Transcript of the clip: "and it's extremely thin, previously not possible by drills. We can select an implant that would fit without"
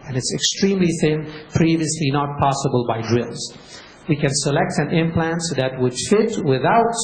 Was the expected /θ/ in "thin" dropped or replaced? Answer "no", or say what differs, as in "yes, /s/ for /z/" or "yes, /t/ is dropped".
no